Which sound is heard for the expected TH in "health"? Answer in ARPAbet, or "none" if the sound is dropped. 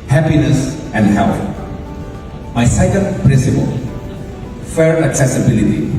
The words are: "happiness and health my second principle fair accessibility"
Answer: T